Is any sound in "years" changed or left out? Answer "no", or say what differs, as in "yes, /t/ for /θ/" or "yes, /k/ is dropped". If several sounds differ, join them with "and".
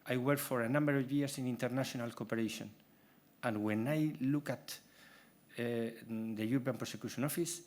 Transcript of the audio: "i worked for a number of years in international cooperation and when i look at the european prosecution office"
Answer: yes, /s/ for /z/